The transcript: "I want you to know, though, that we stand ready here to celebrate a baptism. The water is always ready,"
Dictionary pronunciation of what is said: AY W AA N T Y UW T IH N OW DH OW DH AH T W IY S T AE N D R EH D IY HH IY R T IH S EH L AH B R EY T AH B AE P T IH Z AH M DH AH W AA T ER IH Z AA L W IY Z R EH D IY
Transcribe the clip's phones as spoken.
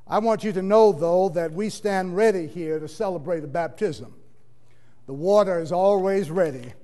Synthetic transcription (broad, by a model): AY W AA N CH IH T IH N OW DH OW DH AH T W IY S T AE N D R EH D IY HH IY R T IH S EH L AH B R EY T AH B AE P T IH Z AH M DH AH W AA T ER IH Z AA L W IY Z R EH D IY